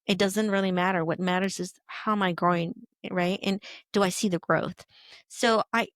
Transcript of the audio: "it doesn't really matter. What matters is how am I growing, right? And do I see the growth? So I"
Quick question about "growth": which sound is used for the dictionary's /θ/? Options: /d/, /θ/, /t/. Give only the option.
/θ/